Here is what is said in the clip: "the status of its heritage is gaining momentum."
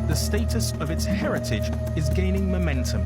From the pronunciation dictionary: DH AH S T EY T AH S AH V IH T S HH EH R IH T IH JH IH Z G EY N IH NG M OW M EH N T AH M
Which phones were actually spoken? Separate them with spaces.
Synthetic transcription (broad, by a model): DH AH S T EY T AH S AH V IH T S HH EH R IH T IH JH IH Z G EY N IH NG M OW M EH N T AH M